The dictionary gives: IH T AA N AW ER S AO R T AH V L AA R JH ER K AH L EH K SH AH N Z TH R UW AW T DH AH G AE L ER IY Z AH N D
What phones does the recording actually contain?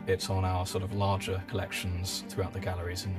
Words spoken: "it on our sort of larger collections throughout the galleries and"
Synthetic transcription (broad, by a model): IH T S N AW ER S AO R T AH V L AA JH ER K AH L EH K SH AH N Z TH R UW AW T DH AH G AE L ER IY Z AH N